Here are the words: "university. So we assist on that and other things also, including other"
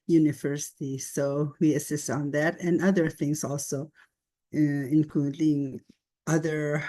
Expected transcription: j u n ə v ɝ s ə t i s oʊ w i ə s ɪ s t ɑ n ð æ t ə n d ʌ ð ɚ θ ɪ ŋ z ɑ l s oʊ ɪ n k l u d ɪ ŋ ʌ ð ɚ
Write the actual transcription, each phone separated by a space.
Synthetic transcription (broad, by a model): j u n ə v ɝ s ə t i s oʊ w i ə s ɪ s t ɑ n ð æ t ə n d ʌ ð ɚ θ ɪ ŋ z ɑ l s oʊ ɪ n k l u d ɪ ŋ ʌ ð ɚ